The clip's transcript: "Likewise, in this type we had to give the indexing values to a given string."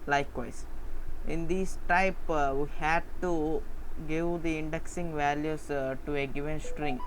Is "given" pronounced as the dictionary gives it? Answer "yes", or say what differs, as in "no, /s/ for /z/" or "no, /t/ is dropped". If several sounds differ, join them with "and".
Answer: yes